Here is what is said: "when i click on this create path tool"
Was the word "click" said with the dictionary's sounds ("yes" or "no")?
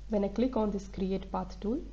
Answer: yes